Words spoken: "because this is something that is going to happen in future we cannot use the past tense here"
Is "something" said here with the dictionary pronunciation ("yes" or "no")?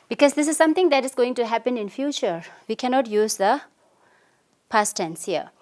no